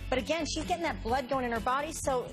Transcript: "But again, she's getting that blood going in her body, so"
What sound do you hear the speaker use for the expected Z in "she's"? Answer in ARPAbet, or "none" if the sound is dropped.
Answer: Z